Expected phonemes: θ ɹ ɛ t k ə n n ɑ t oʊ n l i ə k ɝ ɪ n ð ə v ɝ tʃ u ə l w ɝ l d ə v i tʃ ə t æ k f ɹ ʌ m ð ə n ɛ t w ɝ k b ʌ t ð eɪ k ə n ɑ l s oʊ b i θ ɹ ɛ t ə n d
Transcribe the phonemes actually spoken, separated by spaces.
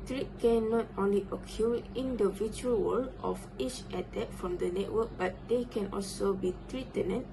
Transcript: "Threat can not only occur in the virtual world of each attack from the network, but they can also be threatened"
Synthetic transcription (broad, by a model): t ɹ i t k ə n n ɑ t oʊ n l i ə k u ɪ n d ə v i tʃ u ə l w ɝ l ə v i tʃ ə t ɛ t f ɹ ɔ m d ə n ɛ t w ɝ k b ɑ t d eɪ k ə n ɑ l s oʊ b i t ɹ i t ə n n